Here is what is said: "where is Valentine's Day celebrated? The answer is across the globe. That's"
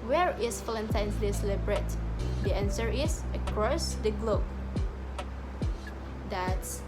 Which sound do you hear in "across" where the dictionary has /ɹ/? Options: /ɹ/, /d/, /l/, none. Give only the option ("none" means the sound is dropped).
/ɹ/